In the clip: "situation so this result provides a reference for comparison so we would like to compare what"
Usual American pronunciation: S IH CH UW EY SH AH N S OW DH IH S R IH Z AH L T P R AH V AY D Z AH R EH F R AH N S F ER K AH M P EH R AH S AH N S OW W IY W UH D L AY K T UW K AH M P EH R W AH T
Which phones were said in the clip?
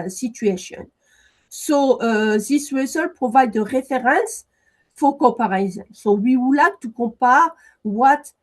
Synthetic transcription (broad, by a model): S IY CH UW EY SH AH N S OW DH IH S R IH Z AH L P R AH V AY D AH R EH F R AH N S F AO K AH P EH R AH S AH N S OW W IY W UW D L AY K T UW K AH P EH R W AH T